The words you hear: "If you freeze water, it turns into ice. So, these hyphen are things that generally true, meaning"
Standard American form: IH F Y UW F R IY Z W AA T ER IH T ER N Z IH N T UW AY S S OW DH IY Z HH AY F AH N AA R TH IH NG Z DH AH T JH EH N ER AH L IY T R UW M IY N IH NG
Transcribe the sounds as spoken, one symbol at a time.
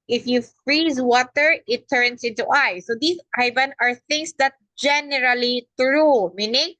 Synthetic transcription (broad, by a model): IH F Y UW F R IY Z W AA T ER IH T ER N S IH N T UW AY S S OW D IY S AY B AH N AA R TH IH NG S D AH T JH EH N ER AH L IY T R UW M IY N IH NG